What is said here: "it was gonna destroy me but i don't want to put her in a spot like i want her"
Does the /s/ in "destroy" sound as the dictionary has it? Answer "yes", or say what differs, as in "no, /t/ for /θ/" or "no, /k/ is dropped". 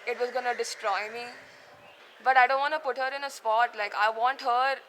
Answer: yes